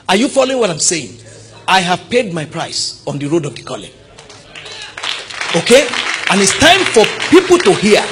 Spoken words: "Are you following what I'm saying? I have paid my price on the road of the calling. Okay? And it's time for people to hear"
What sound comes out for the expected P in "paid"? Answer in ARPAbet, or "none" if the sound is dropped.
P